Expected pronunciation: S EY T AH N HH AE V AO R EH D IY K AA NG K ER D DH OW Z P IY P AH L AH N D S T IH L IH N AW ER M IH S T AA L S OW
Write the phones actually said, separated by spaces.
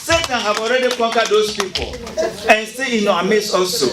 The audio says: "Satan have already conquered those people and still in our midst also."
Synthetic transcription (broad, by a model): S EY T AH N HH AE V AO R EH D IY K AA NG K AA D OW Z P IY P AH L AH N S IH IH N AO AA M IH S AA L S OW